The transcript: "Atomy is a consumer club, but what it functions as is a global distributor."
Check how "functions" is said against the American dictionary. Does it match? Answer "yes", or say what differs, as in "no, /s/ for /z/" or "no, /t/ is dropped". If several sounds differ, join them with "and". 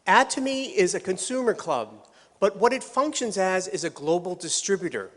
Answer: yes